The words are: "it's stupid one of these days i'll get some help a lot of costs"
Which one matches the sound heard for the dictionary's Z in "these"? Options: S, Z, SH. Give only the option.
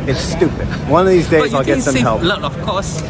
Z